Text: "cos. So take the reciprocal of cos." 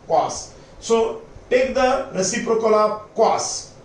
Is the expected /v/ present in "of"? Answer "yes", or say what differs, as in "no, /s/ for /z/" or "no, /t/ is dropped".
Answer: no, /p/ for /v/